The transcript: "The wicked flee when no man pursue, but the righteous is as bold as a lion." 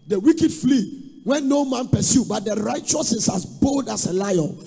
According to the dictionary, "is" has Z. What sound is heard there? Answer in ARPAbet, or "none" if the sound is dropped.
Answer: S